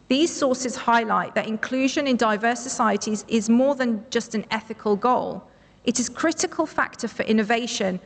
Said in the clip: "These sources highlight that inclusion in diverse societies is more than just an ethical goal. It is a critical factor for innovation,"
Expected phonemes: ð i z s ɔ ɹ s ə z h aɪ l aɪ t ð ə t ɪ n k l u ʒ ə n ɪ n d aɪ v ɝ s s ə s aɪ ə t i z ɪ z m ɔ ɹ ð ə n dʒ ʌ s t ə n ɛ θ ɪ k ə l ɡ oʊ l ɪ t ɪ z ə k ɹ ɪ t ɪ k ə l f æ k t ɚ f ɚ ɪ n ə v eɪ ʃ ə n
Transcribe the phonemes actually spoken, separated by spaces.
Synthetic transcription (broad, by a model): ð i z s ɔ s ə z h aɪ l aɪ t ð ə t ɪ n k l u ʒ ə n ɪ n d aɪ v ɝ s s ə s aɪ ə t i z ɪ z m ɔ ð ə n dʒ ʌ s t ə n ɛ θ ɪ k ə l ɡ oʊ l ɪ t ɪ z k ɹ ɪ t ɪ k ə l f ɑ k t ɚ f ɚ ɪ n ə v eɪ ʃ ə n